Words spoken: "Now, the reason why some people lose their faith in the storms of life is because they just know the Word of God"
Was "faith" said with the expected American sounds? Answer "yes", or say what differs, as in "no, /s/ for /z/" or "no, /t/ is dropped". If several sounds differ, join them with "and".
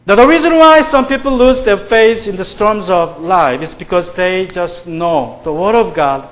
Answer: no, /s/ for /θ/